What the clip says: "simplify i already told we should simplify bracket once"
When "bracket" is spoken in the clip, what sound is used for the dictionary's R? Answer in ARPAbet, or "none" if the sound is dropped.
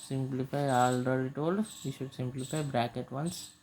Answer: R